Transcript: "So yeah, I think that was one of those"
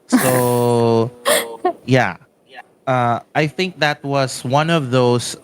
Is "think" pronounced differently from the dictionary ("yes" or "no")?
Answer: no